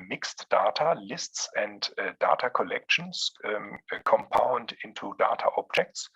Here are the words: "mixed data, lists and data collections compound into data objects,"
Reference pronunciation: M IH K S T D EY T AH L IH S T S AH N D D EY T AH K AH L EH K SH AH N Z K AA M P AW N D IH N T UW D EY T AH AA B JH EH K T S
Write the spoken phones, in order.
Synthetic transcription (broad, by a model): M IH K S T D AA T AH L IH S T S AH N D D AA T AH K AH L EH K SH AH N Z K AA M P AW N D IH N T UW D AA T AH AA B JH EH K T S